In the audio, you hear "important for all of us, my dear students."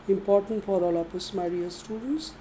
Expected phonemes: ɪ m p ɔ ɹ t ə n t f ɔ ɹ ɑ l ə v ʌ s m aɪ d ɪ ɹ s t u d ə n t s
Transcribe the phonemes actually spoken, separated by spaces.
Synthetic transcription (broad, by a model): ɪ m p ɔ ɹ t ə n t f ɔ ɹ ɑ l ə p ʌ s m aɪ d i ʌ s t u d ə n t s